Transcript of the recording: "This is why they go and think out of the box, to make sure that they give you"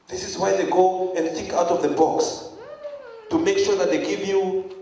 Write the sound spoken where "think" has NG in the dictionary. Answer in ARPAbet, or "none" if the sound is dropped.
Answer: none